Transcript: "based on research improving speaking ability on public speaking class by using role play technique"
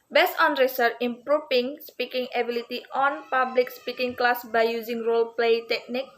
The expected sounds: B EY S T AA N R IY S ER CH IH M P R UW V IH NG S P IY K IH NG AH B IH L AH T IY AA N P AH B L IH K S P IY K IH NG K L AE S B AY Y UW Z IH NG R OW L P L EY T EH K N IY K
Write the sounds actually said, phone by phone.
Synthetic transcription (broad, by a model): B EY S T AA N R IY S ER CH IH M P R UW F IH NG S P IY K IH NG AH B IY L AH T IY AA N P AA B L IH K S P IY K IH NG K L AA S B AY Y UW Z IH NG R OW L P L EY T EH K N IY K